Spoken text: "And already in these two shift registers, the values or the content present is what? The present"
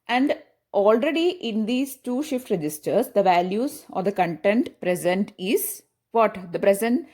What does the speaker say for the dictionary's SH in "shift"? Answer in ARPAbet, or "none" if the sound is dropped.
SH